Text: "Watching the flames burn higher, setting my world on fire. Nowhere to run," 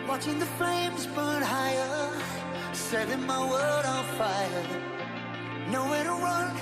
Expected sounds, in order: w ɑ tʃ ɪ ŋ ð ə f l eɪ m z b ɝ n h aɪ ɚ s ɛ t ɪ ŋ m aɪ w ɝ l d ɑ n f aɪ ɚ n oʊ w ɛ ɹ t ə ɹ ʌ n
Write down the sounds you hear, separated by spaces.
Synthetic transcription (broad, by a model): w ɑ tʃ ɪ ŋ ð ə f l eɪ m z b ɝ n h aɪ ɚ s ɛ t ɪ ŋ m aɪ w ɝ d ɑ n f aɪ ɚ n oʊ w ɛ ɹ t ə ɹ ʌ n